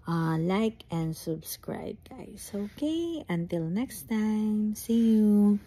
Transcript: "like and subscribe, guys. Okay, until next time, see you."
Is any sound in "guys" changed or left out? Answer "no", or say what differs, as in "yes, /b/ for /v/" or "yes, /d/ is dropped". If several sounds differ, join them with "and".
yes, /s/ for /z/